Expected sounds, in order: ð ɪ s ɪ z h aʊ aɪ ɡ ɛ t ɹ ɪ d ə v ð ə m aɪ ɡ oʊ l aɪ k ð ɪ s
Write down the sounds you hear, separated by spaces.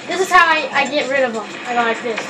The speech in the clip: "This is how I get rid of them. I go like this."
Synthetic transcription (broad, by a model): ð ɪ s ɪ z h aʊ aɪ ɡ ɛ t ɹ ɪ d ə v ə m aɪ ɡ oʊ l aɪ k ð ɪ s